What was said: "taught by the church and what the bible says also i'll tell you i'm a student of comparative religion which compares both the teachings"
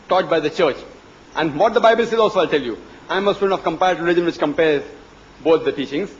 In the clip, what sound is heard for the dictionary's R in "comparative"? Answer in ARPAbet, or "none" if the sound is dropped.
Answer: none